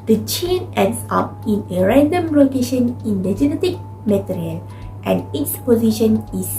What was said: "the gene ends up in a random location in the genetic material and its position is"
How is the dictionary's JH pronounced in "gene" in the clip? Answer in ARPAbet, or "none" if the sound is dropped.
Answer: CH